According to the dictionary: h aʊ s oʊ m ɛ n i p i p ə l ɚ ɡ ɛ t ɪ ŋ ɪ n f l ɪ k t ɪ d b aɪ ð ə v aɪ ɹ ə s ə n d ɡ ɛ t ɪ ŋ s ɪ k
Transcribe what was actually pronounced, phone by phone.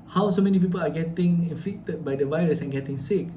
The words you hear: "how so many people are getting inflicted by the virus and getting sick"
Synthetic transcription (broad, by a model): h aʊ s oʊ m ɛ n i p i p ə l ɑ ɡ ɛ t ɪ ŋ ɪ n f l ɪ k t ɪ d b aɪ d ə v aɪ ɹ ə s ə n ɡ ɛ t ɪ ŋ s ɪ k